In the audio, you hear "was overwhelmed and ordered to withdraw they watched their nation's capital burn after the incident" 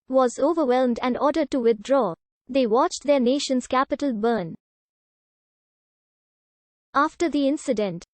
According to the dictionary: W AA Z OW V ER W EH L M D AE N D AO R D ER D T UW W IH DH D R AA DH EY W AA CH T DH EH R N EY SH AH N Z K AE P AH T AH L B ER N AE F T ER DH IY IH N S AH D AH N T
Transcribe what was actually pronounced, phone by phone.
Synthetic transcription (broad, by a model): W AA Z OW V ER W EH L M D AE N D AO R D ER D T UW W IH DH D R AA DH EY W AA CH T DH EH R N EY SH AH N Z K AE P AH T AH L B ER N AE F T ER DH IY IH N S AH D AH N T